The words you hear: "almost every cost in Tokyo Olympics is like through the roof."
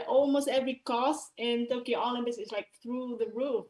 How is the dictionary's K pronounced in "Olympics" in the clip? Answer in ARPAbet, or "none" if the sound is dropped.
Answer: none